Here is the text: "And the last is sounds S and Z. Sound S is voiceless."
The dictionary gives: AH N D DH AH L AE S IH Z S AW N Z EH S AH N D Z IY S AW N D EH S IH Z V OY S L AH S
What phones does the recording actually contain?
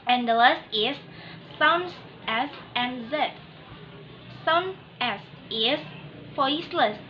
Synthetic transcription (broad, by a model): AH N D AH L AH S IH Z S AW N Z EH S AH N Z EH S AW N EH S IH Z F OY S L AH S